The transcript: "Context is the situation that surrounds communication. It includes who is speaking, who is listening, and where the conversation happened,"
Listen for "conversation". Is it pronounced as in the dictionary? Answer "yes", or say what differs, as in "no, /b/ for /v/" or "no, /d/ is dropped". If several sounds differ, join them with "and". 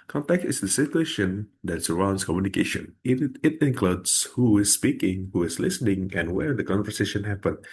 yes